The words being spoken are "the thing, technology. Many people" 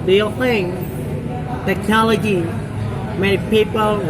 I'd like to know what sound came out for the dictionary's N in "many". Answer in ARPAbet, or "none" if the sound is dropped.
none